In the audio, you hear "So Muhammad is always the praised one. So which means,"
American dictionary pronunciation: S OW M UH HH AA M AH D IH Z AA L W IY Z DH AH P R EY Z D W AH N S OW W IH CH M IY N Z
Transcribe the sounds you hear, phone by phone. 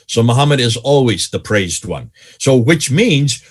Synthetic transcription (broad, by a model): S OW M UH HH AA M AH D IH Z AA L W IY Z DH AH P R EY Z D W AH N S OW W IH CH M IY N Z